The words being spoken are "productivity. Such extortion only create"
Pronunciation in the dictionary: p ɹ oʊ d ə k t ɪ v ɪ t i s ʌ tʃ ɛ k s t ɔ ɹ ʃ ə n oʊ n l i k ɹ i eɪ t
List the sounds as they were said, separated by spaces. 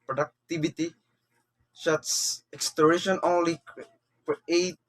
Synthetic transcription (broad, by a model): p ɹ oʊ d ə k t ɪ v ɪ t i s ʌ s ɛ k s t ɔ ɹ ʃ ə n oʊ n l i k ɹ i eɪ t